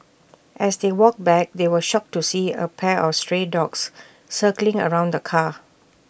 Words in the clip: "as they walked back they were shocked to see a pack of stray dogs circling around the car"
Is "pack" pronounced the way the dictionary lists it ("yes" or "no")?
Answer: no